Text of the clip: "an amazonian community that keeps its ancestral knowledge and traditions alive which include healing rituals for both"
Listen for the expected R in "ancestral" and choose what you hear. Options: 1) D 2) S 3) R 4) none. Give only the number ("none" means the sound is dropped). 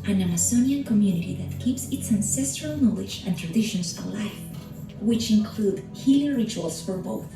3